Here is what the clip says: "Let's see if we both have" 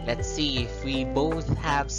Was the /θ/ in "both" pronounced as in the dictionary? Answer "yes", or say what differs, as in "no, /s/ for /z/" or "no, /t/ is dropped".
yes